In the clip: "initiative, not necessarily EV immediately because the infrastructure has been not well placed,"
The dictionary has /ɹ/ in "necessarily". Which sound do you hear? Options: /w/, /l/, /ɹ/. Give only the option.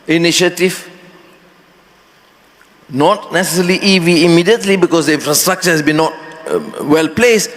/l/